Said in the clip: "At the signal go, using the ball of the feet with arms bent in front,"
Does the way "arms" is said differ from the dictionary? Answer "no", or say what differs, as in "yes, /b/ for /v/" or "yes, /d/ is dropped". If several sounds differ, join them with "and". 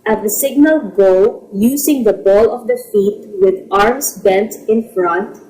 yes, /s/ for /z/